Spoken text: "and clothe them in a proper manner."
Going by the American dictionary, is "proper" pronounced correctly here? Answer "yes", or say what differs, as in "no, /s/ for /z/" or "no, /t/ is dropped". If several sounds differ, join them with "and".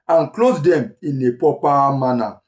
no, /ɹ/ is dropped